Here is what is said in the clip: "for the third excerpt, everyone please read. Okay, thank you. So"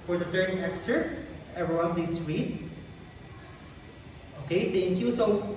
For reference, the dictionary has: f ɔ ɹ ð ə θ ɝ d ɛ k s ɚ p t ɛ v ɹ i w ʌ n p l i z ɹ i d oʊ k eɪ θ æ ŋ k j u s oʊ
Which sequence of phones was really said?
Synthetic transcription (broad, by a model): f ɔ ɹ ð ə t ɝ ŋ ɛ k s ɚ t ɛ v ɹ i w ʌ n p l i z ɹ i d oʊ k eɪ t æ ŋ k j u s oʊ